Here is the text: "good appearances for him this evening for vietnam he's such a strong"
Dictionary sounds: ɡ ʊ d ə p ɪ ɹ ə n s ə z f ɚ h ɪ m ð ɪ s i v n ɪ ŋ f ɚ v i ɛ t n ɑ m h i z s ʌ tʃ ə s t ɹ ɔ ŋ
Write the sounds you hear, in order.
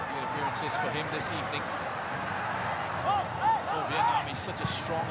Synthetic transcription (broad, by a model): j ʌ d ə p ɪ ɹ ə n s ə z f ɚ h ɪ m ð ɪ s i v n ɪ ŋ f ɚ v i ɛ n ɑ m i s ʌ tʃ ə s t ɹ ɔ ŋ